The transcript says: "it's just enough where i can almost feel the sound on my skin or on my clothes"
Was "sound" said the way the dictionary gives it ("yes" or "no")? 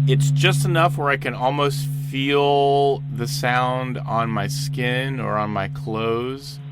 yes